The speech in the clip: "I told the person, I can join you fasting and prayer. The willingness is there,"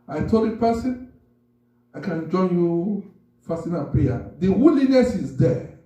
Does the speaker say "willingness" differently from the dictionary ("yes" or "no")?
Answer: yes